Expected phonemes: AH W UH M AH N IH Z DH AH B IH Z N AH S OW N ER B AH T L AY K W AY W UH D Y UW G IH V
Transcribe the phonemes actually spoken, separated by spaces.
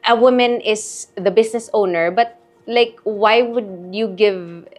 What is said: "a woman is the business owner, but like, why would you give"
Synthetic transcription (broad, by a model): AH W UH M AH N IH S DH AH B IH S N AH S OW N ER B AH T L AY K W AY W UH D Y UW G IH V